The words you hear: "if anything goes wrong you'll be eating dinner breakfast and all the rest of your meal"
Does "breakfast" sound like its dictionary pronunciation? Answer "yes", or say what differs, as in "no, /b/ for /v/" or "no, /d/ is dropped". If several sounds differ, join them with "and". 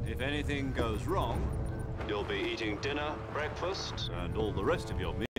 yes